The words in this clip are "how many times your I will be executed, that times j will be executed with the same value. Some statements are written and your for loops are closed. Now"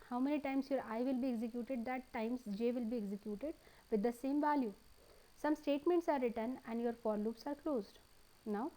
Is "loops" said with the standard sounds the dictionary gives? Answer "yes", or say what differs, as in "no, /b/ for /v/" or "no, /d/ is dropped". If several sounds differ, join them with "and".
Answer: yes